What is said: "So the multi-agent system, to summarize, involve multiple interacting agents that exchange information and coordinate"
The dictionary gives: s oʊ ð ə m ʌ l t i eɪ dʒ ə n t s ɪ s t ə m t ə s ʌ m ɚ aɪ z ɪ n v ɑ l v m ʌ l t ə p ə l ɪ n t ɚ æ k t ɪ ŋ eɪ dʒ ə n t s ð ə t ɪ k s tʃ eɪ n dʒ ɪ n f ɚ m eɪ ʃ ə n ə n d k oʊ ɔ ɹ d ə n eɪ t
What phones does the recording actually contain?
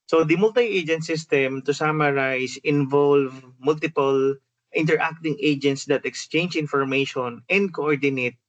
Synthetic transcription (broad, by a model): s oʊ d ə m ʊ l t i eɪ dʒ ə n t s ɪ s t ə m t ə s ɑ m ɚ aɪ s ɪ n v ɑ l v m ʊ l t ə p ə l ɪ n t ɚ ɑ k t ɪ ŋ eɪ dʒ ə n t s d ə t ɪ k s tʃ eɪ n dʒ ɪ n f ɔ m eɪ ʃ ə n ə n d k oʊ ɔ ɹ d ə n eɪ t